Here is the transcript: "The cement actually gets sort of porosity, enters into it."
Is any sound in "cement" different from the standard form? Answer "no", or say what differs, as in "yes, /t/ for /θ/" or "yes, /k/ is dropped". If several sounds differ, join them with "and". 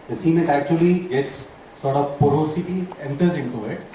yes, /n/ is dropped